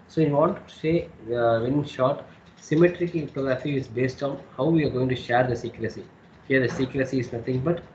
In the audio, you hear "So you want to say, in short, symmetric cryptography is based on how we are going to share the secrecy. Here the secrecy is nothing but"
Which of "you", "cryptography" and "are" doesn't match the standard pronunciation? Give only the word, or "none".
cryptography